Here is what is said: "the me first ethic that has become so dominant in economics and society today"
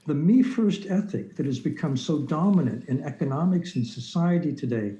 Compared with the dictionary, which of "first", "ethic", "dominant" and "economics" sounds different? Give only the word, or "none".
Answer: none